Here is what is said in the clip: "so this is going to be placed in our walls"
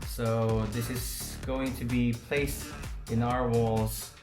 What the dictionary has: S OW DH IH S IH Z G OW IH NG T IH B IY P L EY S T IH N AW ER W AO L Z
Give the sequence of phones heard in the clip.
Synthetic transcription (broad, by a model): S OW DH IH S IH Z G OW IH NG T IH B IY P L EY S T IH N AW ER W AO L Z